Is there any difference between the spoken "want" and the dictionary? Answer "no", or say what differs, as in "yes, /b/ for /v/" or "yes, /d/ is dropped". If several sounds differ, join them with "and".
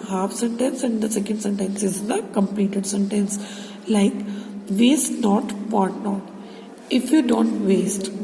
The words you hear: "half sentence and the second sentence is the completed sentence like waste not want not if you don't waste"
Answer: yes, /n/ is dropped